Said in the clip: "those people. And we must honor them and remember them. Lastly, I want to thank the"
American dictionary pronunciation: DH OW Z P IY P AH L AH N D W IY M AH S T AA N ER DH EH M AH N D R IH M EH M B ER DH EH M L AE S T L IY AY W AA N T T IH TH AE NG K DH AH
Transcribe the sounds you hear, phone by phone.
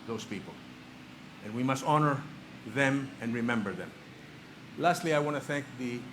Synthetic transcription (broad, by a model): DH OW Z P IY P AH L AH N W IY M AH S T AA N ER DH EH M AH N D R IH M EH M B ER DH EH M L AE S T L IY AY W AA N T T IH TH AE NG K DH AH